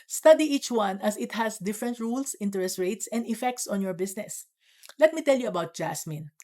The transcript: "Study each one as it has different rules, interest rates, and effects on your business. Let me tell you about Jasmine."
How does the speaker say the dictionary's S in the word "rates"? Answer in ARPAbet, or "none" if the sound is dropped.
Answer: S